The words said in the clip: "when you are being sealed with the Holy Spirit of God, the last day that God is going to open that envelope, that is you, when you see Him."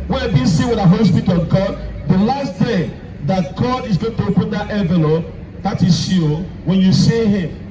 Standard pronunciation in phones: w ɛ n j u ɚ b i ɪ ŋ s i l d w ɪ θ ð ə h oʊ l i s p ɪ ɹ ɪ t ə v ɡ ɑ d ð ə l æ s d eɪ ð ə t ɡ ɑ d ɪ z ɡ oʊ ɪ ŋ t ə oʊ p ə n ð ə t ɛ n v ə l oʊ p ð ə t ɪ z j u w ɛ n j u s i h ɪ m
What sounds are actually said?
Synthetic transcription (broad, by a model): w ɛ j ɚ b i s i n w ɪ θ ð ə h oʊ l i s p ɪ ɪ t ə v ɡ ɑ d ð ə l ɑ s d eɪ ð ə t ɡ ɑ d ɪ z ɡ oʊ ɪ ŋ t ə oʊ p ə n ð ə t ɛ v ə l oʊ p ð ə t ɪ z j u w ɛ n j u s i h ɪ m